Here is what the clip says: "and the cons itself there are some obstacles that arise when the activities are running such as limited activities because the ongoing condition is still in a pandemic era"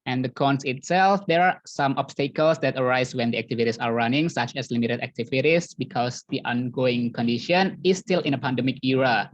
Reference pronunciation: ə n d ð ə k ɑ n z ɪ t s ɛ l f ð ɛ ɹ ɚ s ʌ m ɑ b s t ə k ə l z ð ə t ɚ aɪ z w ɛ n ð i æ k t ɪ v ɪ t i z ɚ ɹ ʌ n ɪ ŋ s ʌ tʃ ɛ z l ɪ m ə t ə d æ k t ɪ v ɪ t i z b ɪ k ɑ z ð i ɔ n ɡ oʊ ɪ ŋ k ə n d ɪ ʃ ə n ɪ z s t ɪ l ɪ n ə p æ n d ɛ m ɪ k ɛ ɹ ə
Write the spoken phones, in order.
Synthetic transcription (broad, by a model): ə n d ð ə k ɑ n s ɪ t s ɛ l f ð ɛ ɹ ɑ s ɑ m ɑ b s t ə k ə l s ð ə t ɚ aɪ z w ɛ n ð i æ k t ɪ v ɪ t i s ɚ ɹ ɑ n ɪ ŋ s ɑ tʃ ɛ s l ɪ m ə t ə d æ k t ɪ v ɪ t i s b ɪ k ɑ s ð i ɔ n ɡ oʊ ɪ ŋ k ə n d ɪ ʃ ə n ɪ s t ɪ l ɪ n ə p æ n d ɛ m ɪ k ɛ ɹ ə